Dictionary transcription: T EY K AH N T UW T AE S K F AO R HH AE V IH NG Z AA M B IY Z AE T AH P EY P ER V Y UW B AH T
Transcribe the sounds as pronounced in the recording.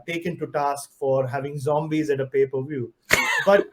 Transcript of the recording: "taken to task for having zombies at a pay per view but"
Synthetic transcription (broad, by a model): T EY K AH N T UW T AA S K F AO R HH AE V IH NG Z AA M B IY Z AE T AH P EY P ER V Y UW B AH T